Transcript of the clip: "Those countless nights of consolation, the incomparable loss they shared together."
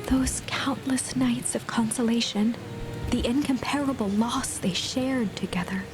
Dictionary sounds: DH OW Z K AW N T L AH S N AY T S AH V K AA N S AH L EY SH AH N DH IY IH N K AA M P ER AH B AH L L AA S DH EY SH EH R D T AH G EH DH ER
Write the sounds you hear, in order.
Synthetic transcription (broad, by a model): DH OW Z K AW N T L AH S N AY T S AH V K AA N S AH L EY SH AH N DH IY IH N K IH M P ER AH B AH L L AA S DH EY SH EH R D T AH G EH DH ER